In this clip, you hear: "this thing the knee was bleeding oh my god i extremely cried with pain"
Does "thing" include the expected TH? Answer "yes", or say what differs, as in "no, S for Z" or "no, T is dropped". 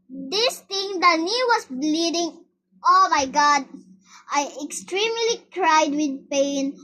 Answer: no, T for TH